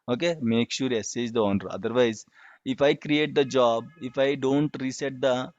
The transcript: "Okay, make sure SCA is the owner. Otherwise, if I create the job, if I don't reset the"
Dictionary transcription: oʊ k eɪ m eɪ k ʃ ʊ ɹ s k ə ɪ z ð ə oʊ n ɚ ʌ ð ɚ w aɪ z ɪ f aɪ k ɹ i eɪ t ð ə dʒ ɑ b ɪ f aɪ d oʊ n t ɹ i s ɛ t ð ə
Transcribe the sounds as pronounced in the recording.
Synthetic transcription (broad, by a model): oʊ k eɪ m eɪ k ʃ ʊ ɹ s ə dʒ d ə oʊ n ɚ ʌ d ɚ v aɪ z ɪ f aɪ k ɹ i eɪ t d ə dʒ ɑ b ɪ f aɪ d oʊ n t ɹ i s ɛ t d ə